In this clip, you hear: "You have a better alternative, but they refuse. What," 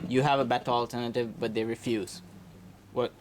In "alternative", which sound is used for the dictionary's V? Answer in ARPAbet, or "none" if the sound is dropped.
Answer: V